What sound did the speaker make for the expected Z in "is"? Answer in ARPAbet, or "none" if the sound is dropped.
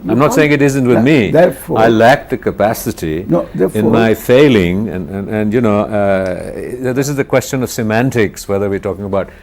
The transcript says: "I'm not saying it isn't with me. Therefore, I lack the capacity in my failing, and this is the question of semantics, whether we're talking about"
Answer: Z